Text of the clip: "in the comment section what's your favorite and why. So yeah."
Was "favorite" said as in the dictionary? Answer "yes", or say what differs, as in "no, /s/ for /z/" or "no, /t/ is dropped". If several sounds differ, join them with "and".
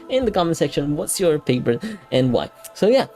no, /p/ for /f/ and /p/ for /v/